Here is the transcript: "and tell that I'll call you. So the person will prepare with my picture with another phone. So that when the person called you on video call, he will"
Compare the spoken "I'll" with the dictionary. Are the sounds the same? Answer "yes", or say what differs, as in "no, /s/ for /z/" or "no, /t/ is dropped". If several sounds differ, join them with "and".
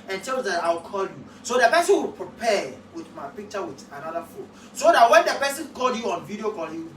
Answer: no, /w/ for /l/